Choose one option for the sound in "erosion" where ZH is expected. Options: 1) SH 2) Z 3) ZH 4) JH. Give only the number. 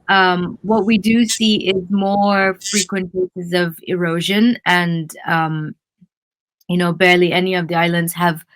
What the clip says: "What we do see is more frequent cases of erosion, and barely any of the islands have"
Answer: 3